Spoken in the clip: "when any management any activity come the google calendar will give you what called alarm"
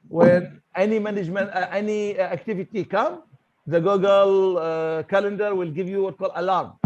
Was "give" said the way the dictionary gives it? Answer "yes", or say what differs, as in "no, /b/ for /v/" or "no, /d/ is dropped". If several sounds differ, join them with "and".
yes